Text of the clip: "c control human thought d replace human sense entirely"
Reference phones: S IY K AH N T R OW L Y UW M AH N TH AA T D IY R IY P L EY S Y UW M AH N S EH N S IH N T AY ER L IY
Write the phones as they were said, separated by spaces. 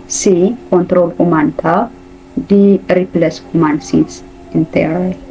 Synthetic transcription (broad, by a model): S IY K AH N T R OW L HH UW M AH N T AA D IY R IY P L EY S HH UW M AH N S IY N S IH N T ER